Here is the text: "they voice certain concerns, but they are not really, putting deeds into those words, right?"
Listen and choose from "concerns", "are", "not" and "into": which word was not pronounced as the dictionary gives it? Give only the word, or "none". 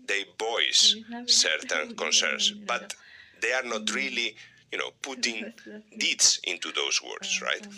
concerns